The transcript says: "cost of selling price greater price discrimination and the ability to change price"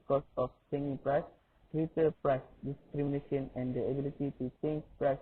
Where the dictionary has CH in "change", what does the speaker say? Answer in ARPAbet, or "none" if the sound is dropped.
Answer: S